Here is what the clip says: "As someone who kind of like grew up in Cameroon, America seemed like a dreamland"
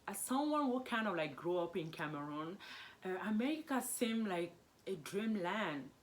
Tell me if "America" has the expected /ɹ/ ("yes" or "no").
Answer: no